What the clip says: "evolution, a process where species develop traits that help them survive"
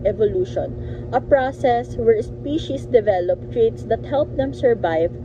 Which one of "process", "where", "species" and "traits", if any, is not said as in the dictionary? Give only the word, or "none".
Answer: species